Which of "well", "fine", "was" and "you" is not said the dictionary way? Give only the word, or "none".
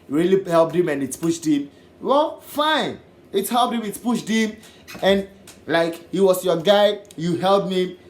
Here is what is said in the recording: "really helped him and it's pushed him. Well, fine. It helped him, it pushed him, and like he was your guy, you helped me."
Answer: was